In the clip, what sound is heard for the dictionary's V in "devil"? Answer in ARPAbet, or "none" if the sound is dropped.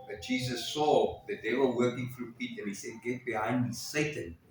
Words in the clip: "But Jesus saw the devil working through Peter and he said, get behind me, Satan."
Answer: W